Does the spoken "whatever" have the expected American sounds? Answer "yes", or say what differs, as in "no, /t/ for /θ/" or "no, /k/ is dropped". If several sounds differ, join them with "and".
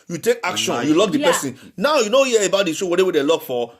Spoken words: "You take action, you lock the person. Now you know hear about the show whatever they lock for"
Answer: no, /w/ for /v/